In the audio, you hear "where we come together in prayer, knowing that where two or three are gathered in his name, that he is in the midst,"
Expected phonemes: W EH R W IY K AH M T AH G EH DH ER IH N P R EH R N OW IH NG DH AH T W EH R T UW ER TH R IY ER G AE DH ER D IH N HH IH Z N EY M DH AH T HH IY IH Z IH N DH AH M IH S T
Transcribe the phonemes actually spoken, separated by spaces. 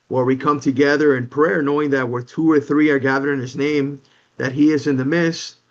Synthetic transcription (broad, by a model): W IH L W IY K AH M T AH G EH DH ER IH N P R EH R N OW IH NG DH AH T W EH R T UW ER TH R IY ER G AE DH ER IH N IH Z N EY M DH AH T HH IY IH Z IH N DH AH M IH S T